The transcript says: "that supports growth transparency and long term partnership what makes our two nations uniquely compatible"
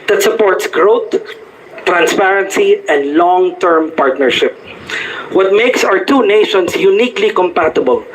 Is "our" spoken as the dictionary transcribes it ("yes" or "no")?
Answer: no